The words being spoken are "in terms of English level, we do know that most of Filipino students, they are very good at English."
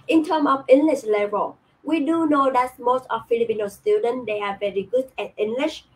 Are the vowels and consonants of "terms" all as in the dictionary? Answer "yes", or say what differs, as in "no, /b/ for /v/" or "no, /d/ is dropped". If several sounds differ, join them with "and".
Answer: no, /z/ is dropped